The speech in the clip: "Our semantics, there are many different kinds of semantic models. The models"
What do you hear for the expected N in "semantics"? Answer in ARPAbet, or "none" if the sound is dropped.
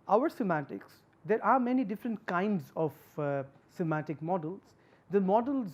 none